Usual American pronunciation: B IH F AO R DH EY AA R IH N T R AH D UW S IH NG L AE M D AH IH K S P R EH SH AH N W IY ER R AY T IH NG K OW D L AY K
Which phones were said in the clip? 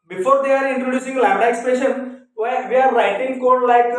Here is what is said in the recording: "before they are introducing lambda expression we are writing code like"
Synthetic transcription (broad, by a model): B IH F AO R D EY AA R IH N T R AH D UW S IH NG L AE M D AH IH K S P EH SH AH N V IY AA R AY T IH NG K OW D L AY K